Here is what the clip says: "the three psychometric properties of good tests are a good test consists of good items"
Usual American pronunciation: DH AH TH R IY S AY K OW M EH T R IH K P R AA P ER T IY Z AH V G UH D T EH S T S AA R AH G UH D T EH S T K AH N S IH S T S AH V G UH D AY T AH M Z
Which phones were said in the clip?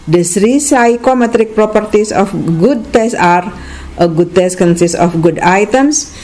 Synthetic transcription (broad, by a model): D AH S R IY S AY K OW M EH T R IH K P R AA P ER T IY S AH F G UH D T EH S S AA R AH G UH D T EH S K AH N S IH S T AH F G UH D AY T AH M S